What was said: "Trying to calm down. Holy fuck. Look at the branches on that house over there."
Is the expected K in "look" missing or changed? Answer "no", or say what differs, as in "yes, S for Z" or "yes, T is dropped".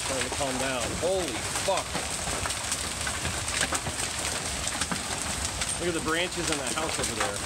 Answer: yes, K is dropped